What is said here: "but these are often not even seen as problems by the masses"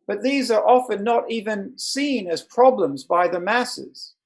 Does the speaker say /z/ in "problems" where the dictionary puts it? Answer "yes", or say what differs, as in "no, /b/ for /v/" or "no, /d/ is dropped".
yes